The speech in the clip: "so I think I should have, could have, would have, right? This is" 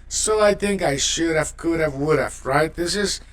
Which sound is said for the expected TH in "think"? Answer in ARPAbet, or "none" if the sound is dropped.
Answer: TH